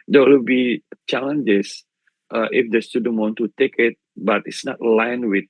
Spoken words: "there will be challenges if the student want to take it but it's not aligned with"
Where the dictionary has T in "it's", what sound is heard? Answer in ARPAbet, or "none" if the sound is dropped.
T